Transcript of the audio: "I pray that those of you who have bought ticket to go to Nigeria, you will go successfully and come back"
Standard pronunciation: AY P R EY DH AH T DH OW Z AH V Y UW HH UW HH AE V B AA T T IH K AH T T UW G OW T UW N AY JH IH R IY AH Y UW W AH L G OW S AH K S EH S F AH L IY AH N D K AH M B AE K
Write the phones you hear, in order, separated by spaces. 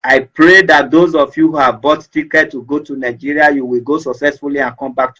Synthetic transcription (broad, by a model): AY P R EY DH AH T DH OW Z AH F Y UW HH UW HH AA V B AA T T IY K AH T T UW G OW T UW N AY JH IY R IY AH Y UW W AH L G OW S AH K S EH S F AH L IY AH N K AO M B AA K